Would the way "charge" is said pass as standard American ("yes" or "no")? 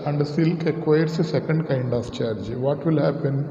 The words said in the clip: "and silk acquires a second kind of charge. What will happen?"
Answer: yes